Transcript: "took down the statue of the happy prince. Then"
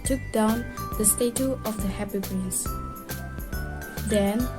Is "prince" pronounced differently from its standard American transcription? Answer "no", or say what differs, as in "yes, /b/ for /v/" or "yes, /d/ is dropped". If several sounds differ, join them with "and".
yes, /ɹ/ is dropped